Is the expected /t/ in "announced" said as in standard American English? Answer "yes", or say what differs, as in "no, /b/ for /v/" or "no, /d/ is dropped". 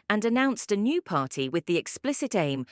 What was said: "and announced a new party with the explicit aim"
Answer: yes